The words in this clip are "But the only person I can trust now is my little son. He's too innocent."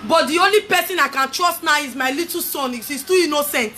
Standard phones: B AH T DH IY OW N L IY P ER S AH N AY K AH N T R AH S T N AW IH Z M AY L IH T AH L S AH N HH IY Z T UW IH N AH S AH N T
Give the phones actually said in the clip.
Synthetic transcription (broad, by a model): B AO T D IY OW N L IY P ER S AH N AY K AH N T R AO S T N AW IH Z M AY L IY T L S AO N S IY S T UW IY N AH S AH N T